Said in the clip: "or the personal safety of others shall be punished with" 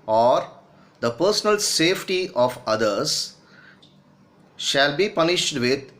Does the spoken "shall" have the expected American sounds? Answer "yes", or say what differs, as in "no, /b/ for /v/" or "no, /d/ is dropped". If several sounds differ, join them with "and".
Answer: yes